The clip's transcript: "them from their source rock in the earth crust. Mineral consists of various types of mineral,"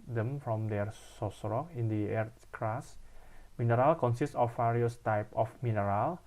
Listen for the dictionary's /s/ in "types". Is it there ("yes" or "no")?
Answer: no